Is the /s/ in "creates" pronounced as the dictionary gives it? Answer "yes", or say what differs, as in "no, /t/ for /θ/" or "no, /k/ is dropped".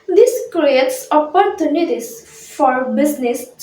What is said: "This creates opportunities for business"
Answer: yes